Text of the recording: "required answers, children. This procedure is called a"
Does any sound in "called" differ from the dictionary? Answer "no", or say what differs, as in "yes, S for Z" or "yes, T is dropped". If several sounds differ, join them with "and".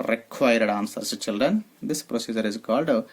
no